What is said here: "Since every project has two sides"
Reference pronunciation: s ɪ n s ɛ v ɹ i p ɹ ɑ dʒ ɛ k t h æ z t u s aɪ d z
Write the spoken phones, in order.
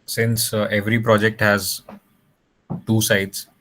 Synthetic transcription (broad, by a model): s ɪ n s ɛ v ɹ i p ɹ ɑ dʒ ɛ k t h æ z t u s aɪ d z